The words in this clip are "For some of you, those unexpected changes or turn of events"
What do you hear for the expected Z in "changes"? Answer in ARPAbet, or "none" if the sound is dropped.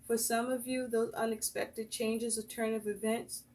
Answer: Z